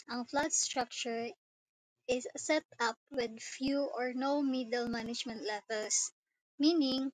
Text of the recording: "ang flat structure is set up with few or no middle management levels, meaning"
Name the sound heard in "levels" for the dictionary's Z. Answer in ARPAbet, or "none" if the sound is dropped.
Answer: S